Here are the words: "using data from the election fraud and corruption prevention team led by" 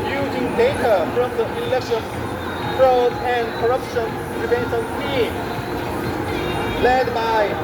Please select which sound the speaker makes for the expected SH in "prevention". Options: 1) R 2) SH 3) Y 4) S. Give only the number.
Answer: 4